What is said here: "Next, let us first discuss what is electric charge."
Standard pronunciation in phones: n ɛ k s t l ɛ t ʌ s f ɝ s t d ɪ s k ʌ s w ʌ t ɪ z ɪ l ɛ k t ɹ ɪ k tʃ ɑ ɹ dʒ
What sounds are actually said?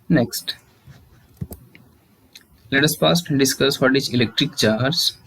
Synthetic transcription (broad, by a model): n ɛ k s t l ɛ t ʌ s p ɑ s t d ɪ s k ʌ s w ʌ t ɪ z ɪ l ɛ k t ɹ ɪ k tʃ ɑ ɹ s